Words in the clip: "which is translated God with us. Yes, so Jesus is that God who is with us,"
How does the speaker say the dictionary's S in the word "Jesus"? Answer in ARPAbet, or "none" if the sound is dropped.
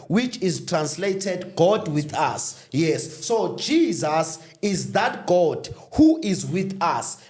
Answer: S